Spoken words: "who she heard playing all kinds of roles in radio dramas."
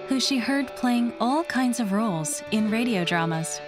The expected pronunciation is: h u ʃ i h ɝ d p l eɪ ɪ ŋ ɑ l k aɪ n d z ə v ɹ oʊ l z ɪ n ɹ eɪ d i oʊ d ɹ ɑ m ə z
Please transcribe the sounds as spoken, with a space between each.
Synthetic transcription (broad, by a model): h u ʃ i h ɝ d p l eɪ ɪ ŋ ɑ l k aɪ n d z ə v ɹ oʊ l z ɪ n ɹ eɪ d i oʊ d ɹ ɑ m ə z